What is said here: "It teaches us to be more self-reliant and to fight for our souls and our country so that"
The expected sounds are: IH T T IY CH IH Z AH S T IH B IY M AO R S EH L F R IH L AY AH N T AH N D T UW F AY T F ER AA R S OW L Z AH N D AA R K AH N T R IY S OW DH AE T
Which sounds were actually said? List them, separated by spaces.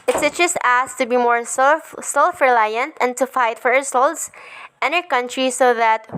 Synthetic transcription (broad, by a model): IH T S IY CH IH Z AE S T IH B IY M AO R S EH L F R IH L AY AH N T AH N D T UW F AY T F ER AA R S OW L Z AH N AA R K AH N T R IY S OW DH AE T